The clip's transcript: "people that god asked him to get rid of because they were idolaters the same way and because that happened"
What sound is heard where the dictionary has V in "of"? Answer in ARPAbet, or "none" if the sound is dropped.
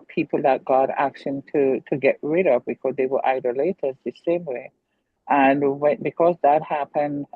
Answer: V